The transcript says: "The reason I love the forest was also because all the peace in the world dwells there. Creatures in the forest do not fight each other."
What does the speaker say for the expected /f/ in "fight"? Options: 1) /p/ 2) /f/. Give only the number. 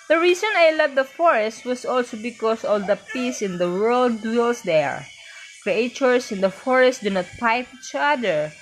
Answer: 1